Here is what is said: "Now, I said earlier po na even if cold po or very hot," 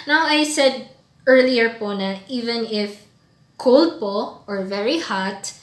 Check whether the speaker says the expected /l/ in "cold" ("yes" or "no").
yes